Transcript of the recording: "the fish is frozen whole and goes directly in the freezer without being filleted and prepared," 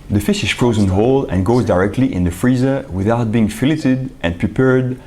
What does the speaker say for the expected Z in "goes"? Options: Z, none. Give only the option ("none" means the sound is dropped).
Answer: Z